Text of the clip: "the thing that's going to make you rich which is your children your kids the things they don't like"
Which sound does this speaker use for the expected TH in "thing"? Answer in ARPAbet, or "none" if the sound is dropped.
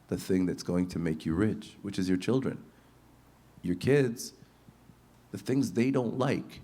TH